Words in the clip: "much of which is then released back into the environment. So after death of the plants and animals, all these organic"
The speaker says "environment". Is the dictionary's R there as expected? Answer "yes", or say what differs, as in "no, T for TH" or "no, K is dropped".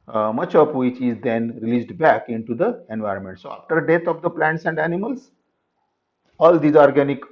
yes